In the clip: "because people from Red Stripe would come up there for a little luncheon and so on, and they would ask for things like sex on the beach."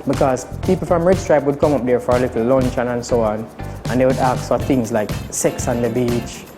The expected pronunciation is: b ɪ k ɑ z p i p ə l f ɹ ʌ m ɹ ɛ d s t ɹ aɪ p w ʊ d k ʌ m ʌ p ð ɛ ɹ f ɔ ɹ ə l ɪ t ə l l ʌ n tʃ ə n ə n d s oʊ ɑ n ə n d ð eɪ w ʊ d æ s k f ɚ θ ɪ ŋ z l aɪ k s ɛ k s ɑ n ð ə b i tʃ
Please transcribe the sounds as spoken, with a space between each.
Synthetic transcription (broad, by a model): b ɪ k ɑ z p i p l f ɹ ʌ m ɹ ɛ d s t ɹ aɪ p w ʊ d k ʌ m ʌ p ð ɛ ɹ f ɔ ɹ ə l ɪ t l l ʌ n tʃ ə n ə n s oʊ ɑ n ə n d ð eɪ w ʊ d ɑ k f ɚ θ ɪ ŋ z l aɪ k s ɛ k s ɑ n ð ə b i tʃ